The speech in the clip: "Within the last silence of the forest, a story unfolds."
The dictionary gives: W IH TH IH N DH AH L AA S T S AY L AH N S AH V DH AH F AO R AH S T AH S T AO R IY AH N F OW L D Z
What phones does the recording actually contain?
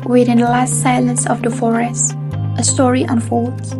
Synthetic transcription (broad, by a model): W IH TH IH N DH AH L AA S T S AY L AH N S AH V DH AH F AO R AH S T AH S T AO R IY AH N F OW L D